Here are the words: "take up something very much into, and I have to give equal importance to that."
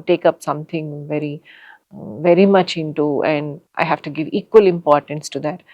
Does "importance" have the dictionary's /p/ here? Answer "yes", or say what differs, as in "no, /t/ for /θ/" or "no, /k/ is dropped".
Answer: yes